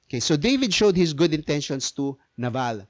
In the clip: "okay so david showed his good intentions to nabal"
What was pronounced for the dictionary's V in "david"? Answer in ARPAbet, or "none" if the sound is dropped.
V